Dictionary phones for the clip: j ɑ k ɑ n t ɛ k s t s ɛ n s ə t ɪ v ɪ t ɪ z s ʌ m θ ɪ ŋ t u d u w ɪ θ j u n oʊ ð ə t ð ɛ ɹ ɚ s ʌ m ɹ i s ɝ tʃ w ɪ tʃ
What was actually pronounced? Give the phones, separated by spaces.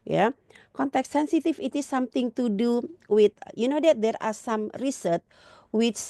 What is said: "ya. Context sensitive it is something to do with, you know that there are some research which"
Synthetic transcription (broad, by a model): j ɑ k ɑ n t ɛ k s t s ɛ n s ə t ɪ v ɪ t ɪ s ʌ m t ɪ ŋ t u d u w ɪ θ j u n oʊ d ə t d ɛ ɹ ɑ s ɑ m ɹ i s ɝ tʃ w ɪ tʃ